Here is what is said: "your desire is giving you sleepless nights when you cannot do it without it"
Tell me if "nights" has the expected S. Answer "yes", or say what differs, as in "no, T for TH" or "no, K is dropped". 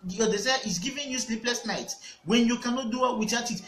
no, S is dropped